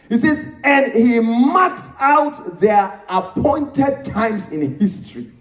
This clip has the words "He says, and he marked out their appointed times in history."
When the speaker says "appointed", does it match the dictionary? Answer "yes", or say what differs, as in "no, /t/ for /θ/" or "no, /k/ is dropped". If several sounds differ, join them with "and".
yes